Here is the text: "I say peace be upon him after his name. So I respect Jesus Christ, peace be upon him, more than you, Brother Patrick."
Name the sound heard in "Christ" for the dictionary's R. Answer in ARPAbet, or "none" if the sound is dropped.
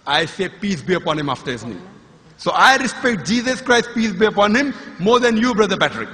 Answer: R